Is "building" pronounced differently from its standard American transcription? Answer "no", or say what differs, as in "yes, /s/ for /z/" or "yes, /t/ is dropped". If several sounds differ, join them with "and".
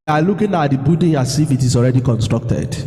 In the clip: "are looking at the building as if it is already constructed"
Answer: yes, /l/ is dropped